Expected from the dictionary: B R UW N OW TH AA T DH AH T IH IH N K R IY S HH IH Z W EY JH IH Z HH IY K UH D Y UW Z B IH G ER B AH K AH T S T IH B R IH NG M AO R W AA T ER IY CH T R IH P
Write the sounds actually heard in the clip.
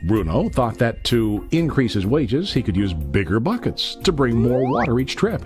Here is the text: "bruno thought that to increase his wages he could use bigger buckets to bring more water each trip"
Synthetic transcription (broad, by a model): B R UW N OW TH AA T DH AH T IH IH N K R IY S HH IH Z W EY JH IH Z HH IY K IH D Y UW Z B IH G ER B AH K AH T S T IH B R IH NG M AO R W AA T ER IY CH T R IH P